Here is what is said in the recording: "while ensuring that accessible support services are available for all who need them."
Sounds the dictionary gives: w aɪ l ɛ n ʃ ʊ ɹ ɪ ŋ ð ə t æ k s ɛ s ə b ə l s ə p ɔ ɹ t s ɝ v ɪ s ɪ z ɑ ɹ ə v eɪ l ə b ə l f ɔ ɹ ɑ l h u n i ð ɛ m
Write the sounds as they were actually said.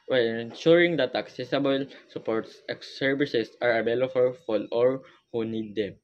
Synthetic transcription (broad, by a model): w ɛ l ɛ n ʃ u ɹ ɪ ŋ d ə t æ k s ɛ s ə b ə l s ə p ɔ ɹ t s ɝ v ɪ s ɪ s ɑ ɹ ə b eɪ l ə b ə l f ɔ l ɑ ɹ h u n i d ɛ m